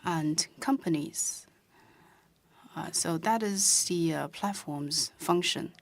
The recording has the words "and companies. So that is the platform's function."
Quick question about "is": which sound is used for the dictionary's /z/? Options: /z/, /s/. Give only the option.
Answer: /z/